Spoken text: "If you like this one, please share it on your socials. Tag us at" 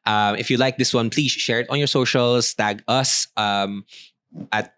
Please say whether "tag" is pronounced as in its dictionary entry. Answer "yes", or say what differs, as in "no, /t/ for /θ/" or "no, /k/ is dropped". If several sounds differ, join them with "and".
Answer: yes